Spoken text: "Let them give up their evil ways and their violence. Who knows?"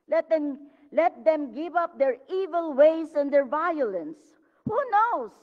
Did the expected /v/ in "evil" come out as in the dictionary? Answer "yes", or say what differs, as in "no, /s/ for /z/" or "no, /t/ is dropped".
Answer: yes